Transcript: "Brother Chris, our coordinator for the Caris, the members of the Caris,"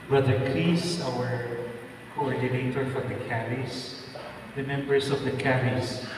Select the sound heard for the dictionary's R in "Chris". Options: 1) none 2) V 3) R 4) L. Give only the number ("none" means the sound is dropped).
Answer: 4